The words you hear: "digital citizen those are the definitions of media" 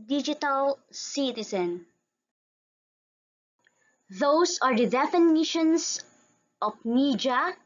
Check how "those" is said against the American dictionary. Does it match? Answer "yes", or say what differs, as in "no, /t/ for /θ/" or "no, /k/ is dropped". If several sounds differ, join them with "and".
no, /s/ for /z/